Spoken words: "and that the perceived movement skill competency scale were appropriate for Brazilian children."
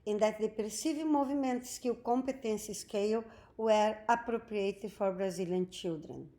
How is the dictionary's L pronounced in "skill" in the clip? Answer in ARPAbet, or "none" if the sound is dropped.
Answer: W